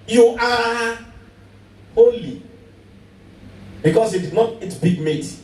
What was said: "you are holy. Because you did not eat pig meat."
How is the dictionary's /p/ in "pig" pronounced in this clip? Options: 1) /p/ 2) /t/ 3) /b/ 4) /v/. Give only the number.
3